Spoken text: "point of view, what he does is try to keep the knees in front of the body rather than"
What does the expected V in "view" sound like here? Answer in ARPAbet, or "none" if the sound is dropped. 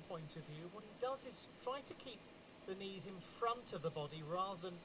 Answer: V